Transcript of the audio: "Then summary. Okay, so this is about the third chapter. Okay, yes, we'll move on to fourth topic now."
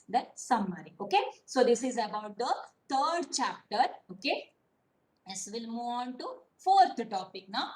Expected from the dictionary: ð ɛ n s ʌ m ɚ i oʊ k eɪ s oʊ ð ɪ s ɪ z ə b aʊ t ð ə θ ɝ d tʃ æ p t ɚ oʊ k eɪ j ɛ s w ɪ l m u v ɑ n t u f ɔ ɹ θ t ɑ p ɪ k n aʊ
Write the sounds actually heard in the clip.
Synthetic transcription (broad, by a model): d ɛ s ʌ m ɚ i oʊ k eɪ s oʊ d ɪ s ɪ z ə b aʊ t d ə t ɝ d tʃ æ p t ɚ oʊ k eɪ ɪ s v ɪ l m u ɑ n t u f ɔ ɹ t t ɑ p ɪ k n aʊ